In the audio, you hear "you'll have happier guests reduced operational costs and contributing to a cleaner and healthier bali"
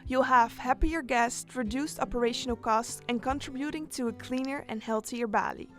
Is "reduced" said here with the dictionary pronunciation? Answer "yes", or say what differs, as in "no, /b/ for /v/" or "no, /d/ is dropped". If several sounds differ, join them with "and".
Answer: yes